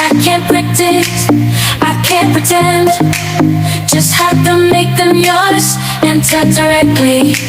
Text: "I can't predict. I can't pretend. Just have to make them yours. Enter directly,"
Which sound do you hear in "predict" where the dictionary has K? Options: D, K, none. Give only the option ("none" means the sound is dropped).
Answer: none